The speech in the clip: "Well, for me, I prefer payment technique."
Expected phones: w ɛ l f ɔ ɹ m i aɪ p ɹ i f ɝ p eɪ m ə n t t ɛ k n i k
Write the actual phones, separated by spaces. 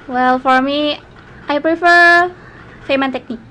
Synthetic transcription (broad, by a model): w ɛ l f ɔ ɹ m i aɪ p ɹ i f ɝ f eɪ m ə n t t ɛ k n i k